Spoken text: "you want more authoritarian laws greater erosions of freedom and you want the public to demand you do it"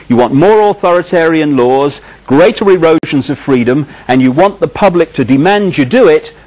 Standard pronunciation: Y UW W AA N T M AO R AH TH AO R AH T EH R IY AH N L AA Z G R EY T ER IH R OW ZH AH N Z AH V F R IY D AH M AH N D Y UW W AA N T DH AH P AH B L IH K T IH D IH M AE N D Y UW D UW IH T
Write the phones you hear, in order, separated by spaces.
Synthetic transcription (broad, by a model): Y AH W AA N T M AO R AH TH AO R AH T EH R IY AH N L AA Z G R EY T ER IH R OW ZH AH N Z AH V F R IY D AH M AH N Y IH W AA N DH AH P AH B L IH K T IH D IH M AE N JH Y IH D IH IH T